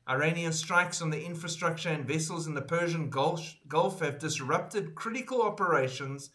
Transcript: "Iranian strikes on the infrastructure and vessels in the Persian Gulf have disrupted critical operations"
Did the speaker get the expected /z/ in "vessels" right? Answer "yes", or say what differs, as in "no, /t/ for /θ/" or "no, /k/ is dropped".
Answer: yes